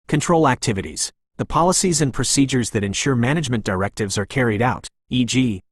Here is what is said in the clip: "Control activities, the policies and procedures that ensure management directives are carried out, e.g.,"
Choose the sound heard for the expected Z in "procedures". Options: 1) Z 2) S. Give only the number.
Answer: 1